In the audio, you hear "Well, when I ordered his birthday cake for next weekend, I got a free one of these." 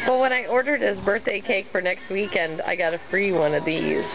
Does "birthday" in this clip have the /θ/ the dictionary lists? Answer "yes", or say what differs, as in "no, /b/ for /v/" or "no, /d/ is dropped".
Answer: yes